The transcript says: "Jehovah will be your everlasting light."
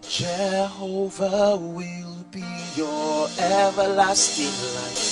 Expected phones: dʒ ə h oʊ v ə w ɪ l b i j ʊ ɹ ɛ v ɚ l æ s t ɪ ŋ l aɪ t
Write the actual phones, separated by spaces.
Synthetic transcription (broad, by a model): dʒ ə h oʊ v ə w ɪ l b i j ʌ ɹ ɛ v ɚ l æ s t ɪ ŋ l aɪ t